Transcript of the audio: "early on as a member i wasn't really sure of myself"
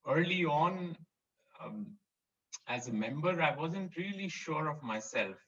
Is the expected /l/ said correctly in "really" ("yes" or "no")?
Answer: yes